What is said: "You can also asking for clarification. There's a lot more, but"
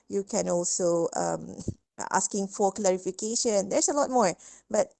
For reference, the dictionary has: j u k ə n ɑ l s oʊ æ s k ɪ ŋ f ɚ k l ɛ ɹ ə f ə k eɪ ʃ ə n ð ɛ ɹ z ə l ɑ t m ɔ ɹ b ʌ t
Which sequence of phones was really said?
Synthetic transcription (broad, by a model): j u k ə n ɑ l s oʊ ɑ s k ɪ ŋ f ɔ k l ɛ ɹ ə f ə k eɪ ʃ ə n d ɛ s ə l ɑ t m ɔ ɹ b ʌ t